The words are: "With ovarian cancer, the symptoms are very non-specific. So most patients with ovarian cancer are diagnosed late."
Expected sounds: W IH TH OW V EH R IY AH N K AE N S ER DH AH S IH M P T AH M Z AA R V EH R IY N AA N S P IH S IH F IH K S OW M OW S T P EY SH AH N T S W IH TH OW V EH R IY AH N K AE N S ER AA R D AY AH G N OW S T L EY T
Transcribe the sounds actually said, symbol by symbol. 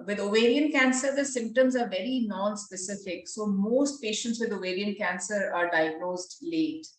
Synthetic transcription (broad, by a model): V IH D OW V EH R IY AH N K AE N S ER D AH S IH M P T AH M Z AA R V EH R IY N AA N S P IH S IH F IH K S OW M OW S T P EY SH AH N T S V IH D OW V EH R IY AH N K AE N S ER AA R D AY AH G N OW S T L EY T